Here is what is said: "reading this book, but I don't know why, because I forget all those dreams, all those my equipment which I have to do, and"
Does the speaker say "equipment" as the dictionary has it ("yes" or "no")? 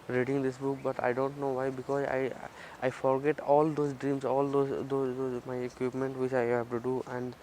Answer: yes